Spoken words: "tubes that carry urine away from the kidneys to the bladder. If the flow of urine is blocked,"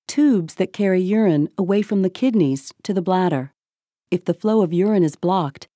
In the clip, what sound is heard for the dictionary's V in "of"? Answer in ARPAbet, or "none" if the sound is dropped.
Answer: V